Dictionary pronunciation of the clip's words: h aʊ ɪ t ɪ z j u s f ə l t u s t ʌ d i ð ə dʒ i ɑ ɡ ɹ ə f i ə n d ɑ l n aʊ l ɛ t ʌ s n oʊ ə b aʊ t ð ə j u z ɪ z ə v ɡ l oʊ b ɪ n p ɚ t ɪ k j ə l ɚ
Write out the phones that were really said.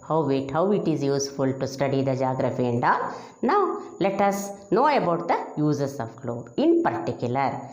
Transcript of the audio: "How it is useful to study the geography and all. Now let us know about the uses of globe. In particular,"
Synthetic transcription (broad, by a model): h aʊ ɪ t ɪ z j u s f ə l t u s t ʌ d i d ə dʒ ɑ ɡ ɹ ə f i ə n d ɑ n n aʊ l ɛ t ʌ s n oʊ ə b aʊ t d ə j u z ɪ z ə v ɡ l oʊ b ɪ n p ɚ t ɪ k j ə l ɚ